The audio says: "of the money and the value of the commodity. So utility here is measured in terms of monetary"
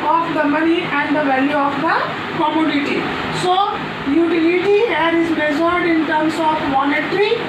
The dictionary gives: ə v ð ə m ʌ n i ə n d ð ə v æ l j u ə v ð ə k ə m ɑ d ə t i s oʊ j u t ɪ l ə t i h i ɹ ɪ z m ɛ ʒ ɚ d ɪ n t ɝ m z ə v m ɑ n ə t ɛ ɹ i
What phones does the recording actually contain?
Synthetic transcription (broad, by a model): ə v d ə m ʌ n i ə n d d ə v æ l j u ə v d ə k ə m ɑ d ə t i s oʊ j u t ɪ l ə t i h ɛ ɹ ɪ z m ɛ z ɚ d ɪ n t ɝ m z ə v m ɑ n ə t ɹ i